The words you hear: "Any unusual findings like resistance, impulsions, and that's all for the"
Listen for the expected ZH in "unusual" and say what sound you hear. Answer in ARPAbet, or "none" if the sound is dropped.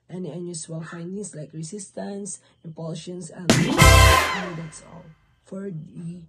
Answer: S